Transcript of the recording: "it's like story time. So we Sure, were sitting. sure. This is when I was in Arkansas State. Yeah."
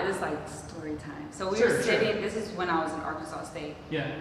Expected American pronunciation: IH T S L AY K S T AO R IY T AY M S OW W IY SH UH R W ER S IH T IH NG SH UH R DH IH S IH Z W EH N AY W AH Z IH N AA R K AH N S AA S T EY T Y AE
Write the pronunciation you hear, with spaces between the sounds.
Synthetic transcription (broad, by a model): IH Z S L AY K S T AO R IY T AY M S OW W IY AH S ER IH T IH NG DH IH S IH Z W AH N AY W AH Z IH N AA R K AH S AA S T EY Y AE